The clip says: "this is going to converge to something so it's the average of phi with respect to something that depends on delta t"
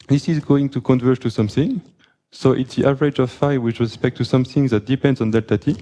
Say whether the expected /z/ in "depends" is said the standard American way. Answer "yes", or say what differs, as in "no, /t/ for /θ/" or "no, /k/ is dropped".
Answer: yes